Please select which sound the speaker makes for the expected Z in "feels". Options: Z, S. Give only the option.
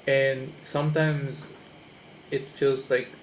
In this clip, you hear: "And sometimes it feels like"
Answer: Z